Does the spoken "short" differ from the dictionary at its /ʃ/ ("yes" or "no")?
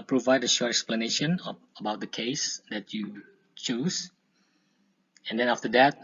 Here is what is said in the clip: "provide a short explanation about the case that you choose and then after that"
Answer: no